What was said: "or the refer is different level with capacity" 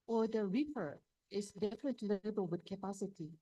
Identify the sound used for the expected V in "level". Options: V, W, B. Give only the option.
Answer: B